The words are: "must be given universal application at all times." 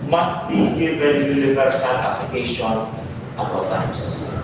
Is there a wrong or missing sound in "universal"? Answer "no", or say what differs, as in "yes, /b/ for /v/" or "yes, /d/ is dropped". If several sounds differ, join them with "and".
yes, /l/ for /n/